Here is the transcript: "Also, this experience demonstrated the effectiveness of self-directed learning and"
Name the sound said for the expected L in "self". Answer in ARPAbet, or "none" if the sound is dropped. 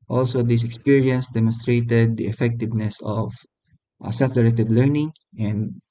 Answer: none